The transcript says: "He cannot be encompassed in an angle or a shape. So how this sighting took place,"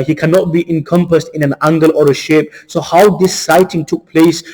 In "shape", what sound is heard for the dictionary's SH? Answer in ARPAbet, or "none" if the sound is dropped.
SH